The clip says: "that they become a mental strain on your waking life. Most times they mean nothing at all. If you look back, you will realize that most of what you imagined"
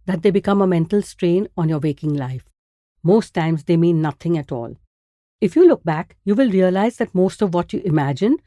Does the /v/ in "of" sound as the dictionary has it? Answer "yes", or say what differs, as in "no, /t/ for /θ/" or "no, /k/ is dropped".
yes